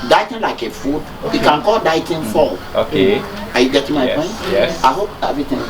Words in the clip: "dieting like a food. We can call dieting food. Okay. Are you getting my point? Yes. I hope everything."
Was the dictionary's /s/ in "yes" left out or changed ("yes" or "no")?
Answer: yes